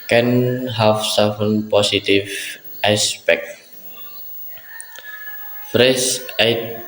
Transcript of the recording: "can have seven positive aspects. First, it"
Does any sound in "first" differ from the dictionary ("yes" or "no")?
yes